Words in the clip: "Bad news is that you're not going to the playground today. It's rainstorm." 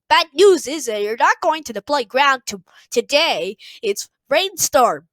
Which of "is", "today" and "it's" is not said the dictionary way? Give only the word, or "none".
none